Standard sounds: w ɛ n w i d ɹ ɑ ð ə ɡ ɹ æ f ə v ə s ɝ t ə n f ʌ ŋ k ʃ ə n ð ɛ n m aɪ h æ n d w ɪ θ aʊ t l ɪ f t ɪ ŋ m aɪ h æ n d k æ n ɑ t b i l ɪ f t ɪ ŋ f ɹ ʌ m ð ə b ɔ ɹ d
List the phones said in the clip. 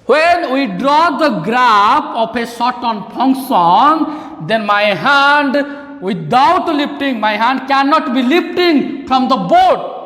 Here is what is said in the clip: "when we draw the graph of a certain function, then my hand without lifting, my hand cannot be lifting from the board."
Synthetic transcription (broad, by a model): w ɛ n w i d ɹ ɑ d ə ɡ ɹ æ p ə p ə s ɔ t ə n p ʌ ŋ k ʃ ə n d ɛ n m aɪ h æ n d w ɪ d aʊ t l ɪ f t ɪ ŋ m aɪ h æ n d k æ n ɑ t b i l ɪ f t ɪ ŋ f ɹ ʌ m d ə b ɔ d